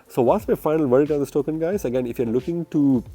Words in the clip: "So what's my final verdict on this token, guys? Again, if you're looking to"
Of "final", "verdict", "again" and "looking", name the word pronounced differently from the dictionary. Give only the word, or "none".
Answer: verdict